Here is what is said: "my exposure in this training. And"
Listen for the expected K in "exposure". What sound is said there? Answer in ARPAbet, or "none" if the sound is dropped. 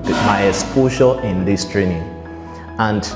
none